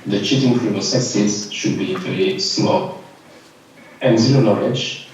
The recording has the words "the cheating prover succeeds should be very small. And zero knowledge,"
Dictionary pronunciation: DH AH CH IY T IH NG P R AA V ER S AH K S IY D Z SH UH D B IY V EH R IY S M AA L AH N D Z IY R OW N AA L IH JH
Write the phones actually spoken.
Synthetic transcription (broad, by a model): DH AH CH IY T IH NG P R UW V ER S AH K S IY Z SH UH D B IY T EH L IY S M AA L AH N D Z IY L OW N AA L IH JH